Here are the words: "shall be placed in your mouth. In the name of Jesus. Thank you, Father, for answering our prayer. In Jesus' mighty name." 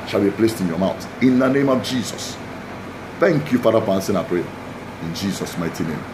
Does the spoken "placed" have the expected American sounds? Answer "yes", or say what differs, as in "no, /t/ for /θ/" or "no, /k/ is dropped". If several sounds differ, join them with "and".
yes